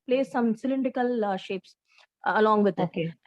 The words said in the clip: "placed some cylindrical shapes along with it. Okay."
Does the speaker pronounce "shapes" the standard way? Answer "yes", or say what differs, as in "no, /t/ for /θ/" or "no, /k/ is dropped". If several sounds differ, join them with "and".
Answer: yes